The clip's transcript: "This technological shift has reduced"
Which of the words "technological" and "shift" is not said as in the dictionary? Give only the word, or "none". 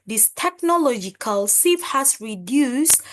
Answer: shift